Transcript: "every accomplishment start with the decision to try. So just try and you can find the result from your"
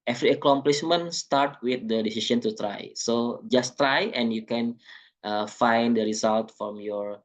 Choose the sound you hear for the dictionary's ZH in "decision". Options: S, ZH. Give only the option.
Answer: S